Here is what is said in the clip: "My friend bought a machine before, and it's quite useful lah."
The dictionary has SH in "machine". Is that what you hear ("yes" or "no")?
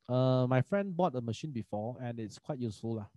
yes